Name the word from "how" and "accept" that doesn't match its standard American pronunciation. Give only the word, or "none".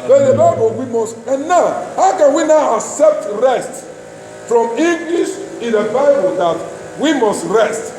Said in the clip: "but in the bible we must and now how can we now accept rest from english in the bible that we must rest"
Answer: none